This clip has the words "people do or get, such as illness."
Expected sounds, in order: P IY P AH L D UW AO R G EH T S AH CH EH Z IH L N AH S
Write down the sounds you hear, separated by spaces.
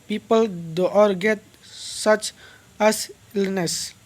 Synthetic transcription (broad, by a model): P IY P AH L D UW AO R G EH T S AH CH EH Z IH L N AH S